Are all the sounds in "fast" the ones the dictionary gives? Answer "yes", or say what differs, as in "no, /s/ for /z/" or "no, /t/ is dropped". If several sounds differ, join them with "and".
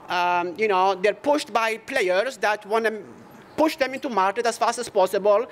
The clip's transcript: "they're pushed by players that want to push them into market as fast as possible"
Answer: yes